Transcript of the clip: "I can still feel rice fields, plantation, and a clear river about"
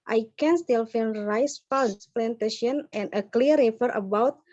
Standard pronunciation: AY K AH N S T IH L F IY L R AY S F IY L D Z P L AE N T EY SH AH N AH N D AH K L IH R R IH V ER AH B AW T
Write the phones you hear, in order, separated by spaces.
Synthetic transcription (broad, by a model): AY K AH N S T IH L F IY N R AY S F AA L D S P L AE N T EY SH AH N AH N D AH K L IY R R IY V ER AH B AW T